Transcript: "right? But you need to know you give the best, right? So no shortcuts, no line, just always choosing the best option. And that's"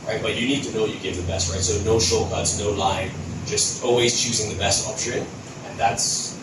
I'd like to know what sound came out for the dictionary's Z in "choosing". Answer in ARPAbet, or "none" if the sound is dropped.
Z